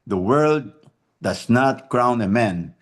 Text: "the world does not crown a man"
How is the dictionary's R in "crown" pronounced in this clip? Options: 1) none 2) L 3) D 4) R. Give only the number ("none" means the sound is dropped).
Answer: 4